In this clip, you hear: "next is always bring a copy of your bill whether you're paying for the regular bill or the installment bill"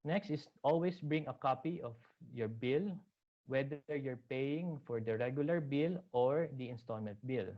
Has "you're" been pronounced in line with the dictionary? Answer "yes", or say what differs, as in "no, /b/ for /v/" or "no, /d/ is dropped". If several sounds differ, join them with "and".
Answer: yes